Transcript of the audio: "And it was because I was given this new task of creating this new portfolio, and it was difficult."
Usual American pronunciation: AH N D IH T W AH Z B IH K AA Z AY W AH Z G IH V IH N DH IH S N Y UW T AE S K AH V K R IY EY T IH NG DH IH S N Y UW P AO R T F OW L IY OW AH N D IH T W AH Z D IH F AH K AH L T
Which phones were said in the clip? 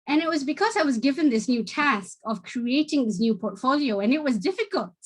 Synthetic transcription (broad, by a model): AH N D IH T W AH Z B IH K AA Z AY W AH Z G IH V IH N DH IH S N Y UW T AE S K AH V K R IY EY T IH NG DH IH S N Y UW P AO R T F OW L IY OW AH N IH T W AH Z D IH F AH K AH L T